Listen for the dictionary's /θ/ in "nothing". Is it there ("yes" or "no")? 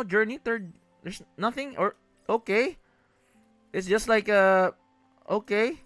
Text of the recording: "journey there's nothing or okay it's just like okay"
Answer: yes